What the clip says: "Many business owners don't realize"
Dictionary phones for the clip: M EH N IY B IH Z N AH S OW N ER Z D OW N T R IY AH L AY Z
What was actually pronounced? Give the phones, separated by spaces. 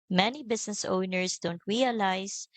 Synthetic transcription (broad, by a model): M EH N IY B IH S N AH S OW N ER S D OW N T R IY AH L AY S